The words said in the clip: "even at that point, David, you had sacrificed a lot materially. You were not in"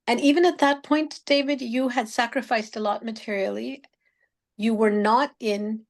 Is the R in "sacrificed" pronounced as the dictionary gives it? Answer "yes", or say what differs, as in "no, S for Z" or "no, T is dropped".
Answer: yes